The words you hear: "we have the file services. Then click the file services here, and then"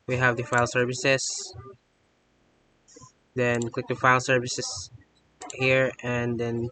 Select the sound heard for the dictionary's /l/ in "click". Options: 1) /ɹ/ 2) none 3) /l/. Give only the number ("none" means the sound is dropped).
3